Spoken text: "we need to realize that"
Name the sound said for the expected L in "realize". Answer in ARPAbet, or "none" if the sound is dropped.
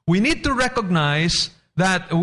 N